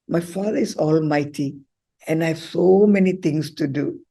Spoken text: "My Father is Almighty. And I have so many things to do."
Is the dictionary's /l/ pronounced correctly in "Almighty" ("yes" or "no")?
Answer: yes